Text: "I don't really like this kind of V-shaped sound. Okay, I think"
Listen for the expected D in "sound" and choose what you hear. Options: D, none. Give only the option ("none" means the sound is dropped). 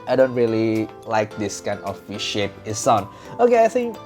none